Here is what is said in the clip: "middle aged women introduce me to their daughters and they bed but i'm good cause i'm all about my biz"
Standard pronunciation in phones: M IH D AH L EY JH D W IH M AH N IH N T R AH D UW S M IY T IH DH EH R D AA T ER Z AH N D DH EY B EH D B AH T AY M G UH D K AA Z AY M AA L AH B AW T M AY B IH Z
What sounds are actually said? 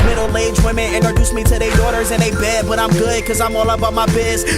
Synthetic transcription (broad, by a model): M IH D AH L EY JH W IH M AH IH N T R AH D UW S M IY T IH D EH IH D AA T ER Z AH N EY B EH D B AH T AY M G UH D K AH Z AY M AA L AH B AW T M AY B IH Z